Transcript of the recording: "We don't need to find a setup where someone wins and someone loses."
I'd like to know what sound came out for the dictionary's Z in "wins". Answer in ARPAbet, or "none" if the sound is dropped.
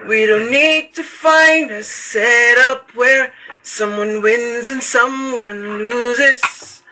Z